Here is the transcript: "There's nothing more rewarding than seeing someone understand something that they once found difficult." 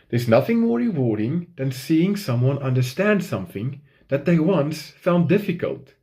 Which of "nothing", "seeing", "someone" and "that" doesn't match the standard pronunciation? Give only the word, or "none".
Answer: none